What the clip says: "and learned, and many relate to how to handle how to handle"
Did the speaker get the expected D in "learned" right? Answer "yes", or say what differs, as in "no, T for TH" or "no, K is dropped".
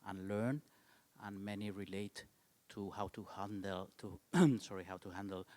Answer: no, D is dropped